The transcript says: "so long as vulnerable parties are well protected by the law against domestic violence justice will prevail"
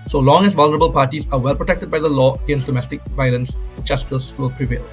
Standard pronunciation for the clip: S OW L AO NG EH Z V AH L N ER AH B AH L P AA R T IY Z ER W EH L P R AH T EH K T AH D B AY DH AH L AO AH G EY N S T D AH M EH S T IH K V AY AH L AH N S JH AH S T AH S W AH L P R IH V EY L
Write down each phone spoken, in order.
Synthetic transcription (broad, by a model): S OW L AO NG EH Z V AH L N ER AH B AH L P AA R T IY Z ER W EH L P R AH T EH K T AH D B AY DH AH L AO AH G EY N S T D AH M EH S T IH K V AY AH L AH N S CH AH S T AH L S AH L P R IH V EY L